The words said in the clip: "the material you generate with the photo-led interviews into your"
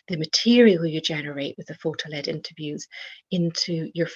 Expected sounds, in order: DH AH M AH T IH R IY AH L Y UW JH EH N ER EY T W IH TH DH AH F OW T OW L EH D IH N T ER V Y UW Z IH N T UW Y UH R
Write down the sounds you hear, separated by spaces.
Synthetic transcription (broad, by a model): DH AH M AH T IH R IY AH L Y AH JH EH N ER EY T W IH DH AH F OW T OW L EH D IH N T ER V Y UW Z IH N T UW Y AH R